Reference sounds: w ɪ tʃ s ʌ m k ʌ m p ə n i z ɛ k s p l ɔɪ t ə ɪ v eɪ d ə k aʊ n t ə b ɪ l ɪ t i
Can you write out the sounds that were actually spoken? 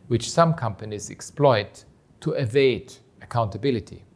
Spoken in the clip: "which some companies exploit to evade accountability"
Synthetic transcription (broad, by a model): w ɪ tʃ s ʌ m k ʌ m p ə n i z ɛ k s p l ɔɪ t ə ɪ v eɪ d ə k aʊ n t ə b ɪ l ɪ t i